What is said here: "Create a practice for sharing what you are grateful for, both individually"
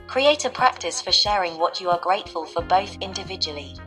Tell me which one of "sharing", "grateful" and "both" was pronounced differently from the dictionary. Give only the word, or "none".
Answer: none